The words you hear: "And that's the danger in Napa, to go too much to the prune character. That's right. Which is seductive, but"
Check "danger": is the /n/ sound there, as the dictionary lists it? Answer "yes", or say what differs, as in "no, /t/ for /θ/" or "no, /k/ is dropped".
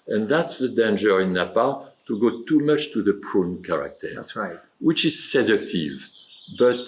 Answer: yes